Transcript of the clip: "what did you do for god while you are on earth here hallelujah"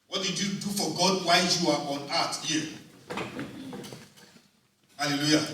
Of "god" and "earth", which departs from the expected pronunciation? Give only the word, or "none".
earth